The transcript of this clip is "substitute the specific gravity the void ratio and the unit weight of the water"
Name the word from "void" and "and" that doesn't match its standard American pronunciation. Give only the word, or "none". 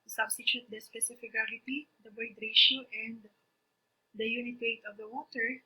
void